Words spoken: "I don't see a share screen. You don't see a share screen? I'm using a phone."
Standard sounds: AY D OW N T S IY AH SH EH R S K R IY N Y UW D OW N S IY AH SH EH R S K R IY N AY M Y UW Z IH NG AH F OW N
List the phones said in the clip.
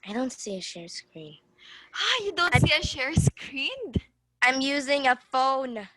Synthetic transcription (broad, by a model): AY D OW N T S IY AH SH EH R S K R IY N Y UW D OW N S IY AH SH EH R S K R IY N AY M Y UW Z IH NG AH F OW N